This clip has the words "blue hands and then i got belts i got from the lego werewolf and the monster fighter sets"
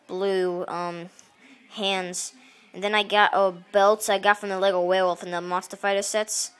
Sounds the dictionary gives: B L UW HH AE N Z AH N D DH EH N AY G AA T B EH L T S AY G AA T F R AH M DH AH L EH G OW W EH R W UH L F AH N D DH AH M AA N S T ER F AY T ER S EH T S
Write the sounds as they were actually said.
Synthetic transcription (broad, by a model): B L UW HH AE N Z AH N DH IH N AY G AA T B EH L T S AY G AA T F R AH M DH AH L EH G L W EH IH W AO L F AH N DH AH M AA S T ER F AY T ER S EH T S